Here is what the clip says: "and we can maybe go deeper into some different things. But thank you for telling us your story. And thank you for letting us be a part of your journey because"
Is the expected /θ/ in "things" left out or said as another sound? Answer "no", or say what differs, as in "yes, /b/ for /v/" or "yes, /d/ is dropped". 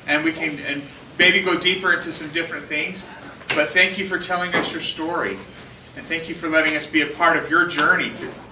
no